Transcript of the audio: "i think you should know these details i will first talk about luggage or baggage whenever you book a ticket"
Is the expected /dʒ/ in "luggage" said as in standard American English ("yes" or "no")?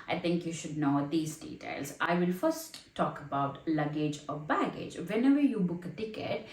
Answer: yes